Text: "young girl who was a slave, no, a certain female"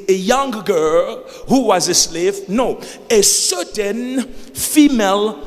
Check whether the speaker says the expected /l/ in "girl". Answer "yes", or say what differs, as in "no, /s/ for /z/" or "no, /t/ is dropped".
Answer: yes